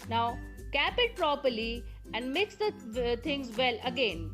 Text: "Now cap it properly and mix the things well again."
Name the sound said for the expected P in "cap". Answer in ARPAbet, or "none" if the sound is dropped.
P